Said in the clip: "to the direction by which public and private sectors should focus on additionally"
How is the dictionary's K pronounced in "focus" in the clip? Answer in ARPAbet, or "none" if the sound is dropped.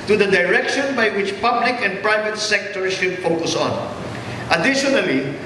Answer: K